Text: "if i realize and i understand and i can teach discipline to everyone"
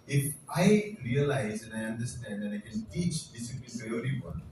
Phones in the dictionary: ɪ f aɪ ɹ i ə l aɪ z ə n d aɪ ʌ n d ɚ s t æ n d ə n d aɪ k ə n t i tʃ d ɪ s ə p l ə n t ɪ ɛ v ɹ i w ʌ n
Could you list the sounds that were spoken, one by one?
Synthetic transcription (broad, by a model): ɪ f aɪ ɹ i ə l aɪ z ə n aɪ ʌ n d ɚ s t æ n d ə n aɪ k ə n t i tʃ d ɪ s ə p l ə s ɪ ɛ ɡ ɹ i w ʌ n